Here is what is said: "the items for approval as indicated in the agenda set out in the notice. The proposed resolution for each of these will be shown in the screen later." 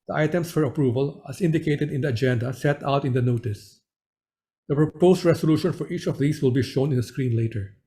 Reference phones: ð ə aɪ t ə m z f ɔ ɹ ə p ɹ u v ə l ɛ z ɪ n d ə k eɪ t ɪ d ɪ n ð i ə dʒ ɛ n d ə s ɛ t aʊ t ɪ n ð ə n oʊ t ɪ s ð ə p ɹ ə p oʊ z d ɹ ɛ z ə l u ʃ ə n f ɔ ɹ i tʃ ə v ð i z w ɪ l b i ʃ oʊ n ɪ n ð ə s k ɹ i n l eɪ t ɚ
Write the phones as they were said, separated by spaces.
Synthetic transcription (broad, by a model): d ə aɪ t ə m s f ɔ ɹ ə p ɹ u v ə l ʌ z ɪ n d ə k eɪ t ɪ d ɪ n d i ə dʒ ɛ n d ə s ɛ t aʊ t ɪ n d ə n oʊ t ɪ s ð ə p ɹ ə p oʊ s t ɹ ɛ s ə l u ʃ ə n f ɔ ɹ i tʃ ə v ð i s w ɪ l b i ʃ oʊ n ɪ n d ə s k ɹ i n l eɪ t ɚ